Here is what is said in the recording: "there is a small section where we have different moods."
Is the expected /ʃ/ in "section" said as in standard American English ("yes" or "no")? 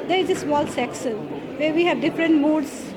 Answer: no